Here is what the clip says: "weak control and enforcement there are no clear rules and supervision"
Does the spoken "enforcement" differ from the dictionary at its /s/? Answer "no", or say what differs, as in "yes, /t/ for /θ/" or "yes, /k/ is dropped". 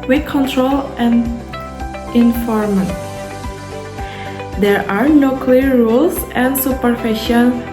yes, /s/ is dropped